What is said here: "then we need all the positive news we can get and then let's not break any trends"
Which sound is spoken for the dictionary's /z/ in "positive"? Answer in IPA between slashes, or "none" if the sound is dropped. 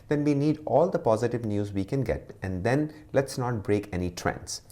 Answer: /z/